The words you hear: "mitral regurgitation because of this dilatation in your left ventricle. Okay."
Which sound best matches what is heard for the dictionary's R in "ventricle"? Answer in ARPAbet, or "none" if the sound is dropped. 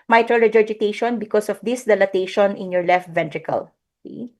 R